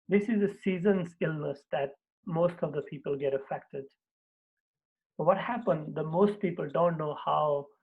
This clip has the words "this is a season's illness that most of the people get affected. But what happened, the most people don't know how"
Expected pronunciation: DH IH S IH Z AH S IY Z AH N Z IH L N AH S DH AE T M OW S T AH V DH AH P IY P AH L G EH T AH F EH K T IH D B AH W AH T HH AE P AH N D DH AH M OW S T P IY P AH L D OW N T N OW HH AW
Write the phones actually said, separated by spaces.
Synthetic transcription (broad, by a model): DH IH S IH Z AH S IY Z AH N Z IH L N AH S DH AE T M OW S T AH V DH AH P IY P AH L G EH T AH F EH K T IH D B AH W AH T HH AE P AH N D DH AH M OW S T P IY P AH L D OW N T N OW HH AW